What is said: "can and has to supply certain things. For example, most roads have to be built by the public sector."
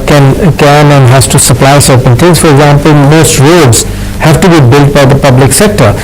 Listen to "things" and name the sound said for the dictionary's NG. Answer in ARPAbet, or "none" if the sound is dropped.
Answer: none